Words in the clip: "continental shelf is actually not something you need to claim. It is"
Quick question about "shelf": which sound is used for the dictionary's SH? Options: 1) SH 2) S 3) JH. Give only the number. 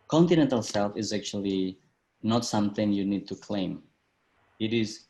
2